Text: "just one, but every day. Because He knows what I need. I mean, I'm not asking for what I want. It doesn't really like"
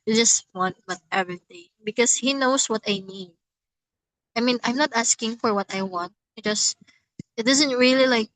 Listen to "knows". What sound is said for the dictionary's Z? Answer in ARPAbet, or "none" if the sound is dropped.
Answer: S